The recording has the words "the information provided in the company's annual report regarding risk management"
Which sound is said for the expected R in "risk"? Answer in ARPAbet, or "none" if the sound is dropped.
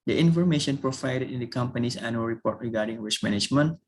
W